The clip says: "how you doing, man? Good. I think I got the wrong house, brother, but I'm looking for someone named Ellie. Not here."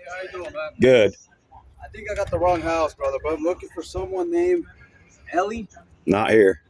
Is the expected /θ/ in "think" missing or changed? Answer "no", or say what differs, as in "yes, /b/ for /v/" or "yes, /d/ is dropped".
no